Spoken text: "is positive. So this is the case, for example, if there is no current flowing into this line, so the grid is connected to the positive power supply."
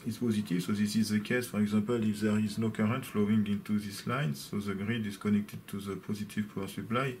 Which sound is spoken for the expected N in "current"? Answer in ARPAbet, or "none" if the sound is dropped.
N